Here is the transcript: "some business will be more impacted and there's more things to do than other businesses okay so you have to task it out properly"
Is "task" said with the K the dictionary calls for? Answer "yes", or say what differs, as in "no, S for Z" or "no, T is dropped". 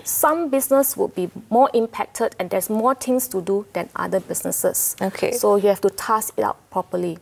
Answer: no, K is dropped